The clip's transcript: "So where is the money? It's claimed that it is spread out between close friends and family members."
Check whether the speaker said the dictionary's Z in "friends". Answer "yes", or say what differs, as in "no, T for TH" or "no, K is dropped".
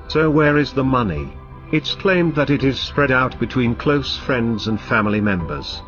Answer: yes